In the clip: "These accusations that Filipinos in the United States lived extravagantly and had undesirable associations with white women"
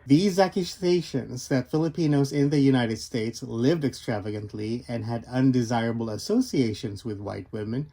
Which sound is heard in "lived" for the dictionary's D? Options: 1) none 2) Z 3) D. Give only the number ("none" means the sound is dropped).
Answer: 3